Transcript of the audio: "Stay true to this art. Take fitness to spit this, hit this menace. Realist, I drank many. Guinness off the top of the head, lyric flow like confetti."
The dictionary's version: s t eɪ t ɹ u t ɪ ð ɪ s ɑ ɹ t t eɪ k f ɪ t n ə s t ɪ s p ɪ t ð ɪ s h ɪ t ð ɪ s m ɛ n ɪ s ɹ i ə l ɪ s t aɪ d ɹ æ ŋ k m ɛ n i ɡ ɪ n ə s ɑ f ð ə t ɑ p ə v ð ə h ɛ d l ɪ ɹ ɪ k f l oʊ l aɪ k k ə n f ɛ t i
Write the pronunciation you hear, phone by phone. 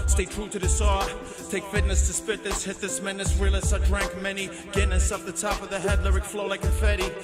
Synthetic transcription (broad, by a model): s t eɪ t ɹ u t ɪ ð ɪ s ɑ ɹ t t eɪ k f ɪ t n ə s t ɪ s p ɪ t ð ɪ s h ɪ t ð ɪ s m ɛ n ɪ s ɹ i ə l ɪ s aɪ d ɹ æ ŋ k m ɛ n i ɡ ɪ n ə s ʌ p ð ə t ɑ p ə v ð ə h ɛ d l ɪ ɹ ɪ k f l oʊ l aɪ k k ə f ɛ t i